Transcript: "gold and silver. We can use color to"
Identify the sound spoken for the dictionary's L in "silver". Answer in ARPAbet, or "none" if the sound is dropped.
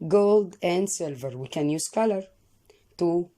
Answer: L